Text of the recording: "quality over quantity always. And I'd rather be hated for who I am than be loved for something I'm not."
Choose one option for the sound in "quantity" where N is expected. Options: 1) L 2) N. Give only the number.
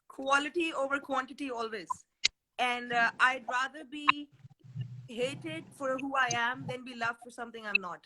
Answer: 2